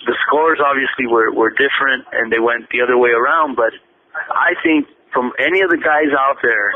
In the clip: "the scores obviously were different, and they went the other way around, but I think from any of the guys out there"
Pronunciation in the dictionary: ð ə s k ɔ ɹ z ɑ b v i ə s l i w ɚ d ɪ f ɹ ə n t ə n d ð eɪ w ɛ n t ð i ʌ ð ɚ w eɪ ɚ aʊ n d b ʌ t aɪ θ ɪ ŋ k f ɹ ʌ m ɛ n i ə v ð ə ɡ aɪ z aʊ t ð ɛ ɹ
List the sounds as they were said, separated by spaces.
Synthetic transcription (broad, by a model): ð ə s k ɔ ɹ z ɑ b v i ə s l i w ɚ d ɪ f ɹ ə n t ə n ð eɪ w ɛ n t ð i ʌ ð ɚ w eɪ ɚ aʊ n d b ʌ t aɪ θ ɪ ŋ k f ɹ ʌ m ɛ n i ə v ð ə ɡ aɪ z aʊ t ð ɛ ɹ